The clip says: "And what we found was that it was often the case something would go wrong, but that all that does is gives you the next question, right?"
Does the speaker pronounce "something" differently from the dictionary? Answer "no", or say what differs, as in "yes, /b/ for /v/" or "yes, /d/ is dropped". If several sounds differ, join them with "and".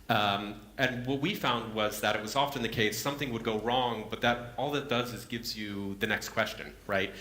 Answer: no